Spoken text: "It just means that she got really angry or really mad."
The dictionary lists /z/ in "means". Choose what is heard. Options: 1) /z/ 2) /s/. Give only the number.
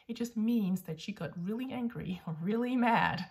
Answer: 1